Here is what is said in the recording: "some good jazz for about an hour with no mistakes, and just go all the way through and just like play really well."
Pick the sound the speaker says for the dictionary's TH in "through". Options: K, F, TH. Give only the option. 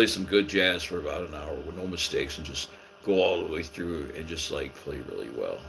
TH